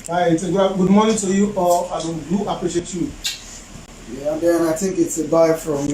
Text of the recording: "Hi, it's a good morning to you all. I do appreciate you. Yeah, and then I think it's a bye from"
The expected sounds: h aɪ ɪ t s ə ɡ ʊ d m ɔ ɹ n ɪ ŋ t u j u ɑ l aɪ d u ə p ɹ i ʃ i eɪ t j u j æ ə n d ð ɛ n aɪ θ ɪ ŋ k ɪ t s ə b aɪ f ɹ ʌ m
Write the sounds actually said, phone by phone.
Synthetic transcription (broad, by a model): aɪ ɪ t ə ɡ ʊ d m ɔ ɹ n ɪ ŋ t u j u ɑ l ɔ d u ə p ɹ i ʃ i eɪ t j u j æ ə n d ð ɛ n aɪ θ ɪ ŋ k ɪ t s ə b aɪ f ɹ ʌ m